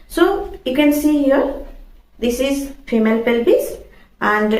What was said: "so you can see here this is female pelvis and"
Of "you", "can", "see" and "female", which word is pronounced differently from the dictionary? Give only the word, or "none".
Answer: none